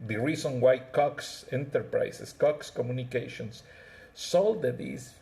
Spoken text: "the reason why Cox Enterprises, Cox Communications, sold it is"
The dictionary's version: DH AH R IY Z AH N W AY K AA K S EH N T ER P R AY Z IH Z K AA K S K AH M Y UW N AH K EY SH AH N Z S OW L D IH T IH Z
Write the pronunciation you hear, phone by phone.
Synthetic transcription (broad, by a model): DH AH R IY S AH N W AY K AA K S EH N T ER P R AY S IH S K AA K S K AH M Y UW N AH K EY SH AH N S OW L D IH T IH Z